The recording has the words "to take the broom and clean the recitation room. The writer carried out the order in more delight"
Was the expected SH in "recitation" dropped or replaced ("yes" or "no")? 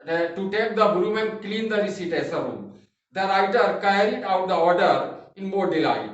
yes